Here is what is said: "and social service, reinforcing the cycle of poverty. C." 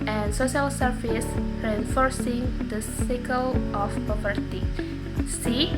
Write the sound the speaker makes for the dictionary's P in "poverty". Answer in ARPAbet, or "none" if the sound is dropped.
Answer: P